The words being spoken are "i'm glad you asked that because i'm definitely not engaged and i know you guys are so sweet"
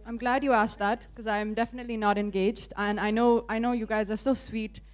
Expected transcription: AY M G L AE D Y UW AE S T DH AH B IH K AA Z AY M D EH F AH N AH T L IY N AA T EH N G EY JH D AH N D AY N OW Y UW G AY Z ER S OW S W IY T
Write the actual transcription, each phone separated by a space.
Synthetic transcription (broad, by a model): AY M G L AE D Y UW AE S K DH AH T K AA Z AY M D EH F AH N AH T L IY N AA T EH N G EY JH D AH N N AY N OW Y UW G AY Z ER S OW S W IY T